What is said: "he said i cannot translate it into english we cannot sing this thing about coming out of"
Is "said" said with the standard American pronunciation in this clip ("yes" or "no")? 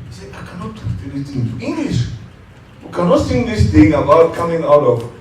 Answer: no